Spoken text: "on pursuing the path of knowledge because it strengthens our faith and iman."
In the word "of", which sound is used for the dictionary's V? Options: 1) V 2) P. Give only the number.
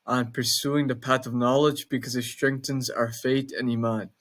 1